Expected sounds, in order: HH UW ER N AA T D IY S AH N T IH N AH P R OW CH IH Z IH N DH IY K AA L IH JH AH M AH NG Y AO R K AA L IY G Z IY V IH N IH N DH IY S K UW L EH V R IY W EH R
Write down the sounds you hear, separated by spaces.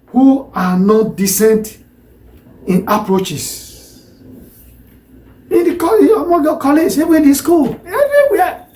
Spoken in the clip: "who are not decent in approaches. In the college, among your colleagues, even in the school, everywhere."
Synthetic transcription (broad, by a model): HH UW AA N AA T D IY S AH N T IH N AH P R OW CH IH S IH N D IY K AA IH AH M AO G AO K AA L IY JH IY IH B IH N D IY S K UW L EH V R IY W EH